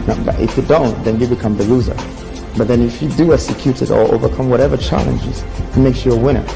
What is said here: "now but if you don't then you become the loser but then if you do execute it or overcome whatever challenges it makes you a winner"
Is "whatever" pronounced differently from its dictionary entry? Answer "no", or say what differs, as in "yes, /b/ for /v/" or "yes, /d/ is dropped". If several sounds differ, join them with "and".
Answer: no